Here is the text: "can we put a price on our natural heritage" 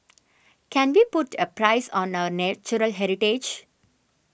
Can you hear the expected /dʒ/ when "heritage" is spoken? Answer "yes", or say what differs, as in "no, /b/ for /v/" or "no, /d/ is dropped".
yes